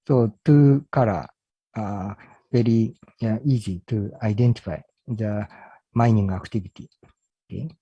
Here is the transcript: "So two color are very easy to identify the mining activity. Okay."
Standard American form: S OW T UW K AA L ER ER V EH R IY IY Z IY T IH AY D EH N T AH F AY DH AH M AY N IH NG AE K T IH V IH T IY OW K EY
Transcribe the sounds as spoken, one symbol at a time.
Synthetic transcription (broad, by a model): S OW T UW K AA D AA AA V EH R IY IY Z IY T IH AY D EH N T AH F AY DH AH M AY N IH NG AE K T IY B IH T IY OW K EY